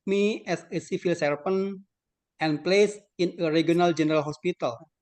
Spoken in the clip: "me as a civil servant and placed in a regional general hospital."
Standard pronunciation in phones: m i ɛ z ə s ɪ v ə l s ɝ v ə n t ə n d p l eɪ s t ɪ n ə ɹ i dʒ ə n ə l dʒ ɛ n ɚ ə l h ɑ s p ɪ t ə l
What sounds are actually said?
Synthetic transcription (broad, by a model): m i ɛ s ə s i f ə l s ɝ f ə n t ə n p l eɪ s ɪ n ə ɹ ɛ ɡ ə n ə l dʒ ɛ n ɚ ə l h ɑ s p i t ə l